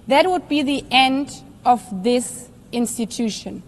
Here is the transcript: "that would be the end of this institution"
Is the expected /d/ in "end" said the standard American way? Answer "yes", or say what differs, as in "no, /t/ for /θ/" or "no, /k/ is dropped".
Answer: yes